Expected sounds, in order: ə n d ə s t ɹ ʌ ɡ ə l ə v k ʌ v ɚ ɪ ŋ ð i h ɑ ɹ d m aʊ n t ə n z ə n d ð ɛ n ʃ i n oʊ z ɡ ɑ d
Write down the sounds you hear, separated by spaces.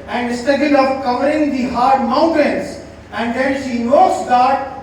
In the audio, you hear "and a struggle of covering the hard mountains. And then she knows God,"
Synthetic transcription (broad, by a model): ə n d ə s t ʌ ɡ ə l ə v k ʌ v ɚ ɪ ŋ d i h ɑ ɹ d m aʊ n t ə n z ə n d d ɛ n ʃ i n oʊ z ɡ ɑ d